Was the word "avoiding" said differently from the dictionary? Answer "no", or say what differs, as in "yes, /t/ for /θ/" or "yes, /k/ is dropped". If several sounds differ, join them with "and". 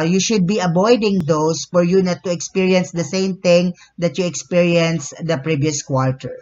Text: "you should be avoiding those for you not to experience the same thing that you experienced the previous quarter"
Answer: yes, /b/ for /v/